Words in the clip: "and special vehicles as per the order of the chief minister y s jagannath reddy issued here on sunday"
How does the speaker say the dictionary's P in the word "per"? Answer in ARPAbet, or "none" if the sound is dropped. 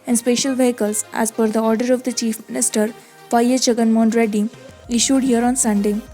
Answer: F